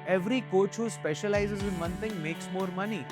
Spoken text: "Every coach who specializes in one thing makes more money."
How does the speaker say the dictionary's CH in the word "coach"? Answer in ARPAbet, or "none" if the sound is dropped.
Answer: CH